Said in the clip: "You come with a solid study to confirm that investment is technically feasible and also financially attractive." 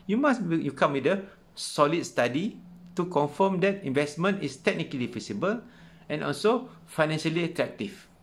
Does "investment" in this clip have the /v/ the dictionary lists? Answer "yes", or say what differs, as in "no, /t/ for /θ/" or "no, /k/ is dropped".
yes